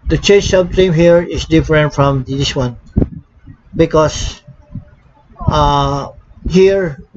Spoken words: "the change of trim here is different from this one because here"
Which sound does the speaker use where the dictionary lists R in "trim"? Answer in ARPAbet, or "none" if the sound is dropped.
none